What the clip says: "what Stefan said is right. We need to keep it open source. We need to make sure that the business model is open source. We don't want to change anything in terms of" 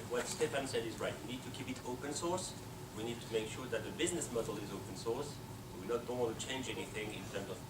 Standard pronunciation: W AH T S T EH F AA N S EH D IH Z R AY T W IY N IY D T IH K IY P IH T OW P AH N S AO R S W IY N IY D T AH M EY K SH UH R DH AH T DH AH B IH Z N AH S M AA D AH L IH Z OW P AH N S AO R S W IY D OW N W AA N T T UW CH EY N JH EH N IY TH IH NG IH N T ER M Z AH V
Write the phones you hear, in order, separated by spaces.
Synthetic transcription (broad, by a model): W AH T S T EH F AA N S EH D IH Z R AY T W IY N IY D T IH K IY P IH T OW P AH N S AO R S W IY N IY D T AH M EY K SH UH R DH AH T DH AH B IH Z N AH S M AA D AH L IH Z OW P AH N S AO R S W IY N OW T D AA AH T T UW CH EY N JH EH N IY TH IH NG IH N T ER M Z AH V